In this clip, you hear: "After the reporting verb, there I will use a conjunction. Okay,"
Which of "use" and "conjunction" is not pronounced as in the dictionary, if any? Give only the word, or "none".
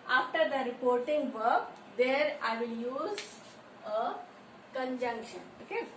none